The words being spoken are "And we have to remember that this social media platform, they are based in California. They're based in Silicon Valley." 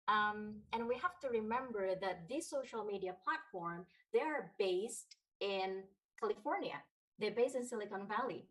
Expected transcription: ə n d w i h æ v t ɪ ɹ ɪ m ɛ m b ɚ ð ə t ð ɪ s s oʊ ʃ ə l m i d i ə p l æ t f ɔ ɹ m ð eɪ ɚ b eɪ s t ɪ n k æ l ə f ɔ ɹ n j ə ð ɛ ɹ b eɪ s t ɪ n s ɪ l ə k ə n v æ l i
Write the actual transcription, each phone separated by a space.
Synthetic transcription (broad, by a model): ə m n w i h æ f t ɪ ɹ ɪ m ɛ m b ɚ ð ə t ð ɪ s s oʊ ʃ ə l m i d i ə p l æ t f ɔ ɹ m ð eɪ ɚ b eɪ s t ɪ n k æ l ə f ɔ ɹ n j ə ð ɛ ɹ b eɪ s t ɪ n s ɪ l ə k ə n v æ l i